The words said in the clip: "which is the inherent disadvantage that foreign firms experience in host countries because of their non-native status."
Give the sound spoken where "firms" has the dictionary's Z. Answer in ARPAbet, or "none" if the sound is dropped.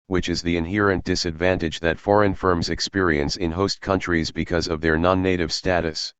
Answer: Z